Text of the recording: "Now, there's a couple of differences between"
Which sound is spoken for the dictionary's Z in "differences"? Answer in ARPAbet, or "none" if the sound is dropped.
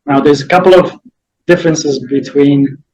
Z